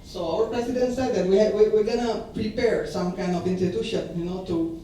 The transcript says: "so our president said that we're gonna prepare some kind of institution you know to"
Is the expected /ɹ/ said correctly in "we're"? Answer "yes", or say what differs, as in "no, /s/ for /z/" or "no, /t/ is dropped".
no, /w/ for /ɹ/